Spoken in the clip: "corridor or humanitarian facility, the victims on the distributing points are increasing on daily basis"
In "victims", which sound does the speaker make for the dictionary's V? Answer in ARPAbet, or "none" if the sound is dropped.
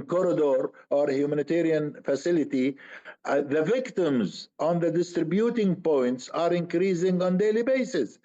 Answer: V